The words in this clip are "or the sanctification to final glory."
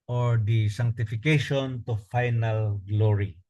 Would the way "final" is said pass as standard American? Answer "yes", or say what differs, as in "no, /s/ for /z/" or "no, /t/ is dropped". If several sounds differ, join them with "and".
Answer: yes